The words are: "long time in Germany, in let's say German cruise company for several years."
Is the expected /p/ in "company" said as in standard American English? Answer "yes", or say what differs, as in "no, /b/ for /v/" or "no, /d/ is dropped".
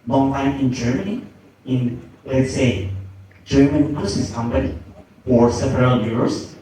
no, /b/ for /p/